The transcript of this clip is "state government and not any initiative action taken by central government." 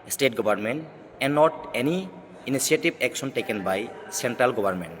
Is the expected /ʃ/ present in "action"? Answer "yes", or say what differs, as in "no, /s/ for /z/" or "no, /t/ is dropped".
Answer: no, /s/ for /ʃ/